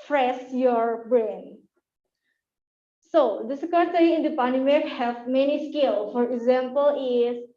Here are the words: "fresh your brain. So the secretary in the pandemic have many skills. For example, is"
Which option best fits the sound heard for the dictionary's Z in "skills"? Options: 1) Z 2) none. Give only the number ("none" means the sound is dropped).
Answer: 2